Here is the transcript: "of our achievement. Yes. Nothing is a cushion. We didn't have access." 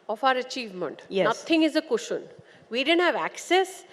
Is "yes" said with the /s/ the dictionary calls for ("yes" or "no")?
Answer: no